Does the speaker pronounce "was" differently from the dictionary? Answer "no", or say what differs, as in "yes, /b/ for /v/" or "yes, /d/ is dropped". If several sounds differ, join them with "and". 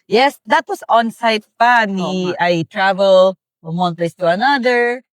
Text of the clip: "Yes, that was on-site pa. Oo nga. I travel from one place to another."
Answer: yes, /s/ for /z/